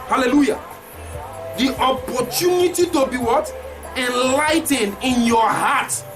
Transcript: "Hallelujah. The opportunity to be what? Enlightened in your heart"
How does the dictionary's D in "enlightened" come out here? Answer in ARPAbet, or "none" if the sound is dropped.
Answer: none